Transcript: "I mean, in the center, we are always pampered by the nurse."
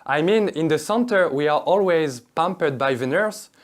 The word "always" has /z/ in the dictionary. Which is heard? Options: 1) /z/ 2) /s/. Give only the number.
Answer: 1